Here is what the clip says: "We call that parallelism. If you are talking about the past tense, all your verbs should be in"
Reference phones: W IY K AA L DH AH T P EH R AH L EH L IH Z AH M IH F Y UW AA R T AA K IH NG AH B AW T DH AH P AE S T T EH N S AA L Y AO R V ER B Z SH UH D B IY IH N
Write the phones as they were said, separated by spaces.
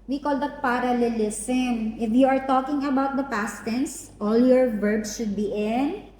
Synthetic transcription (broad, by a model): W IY K AA L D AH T P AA R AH L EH L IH S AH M IH F Y UW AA R T AA K IH NG AH B AW T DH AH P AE S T T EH N S AA L Y AO R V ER B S SH UH D B IY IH N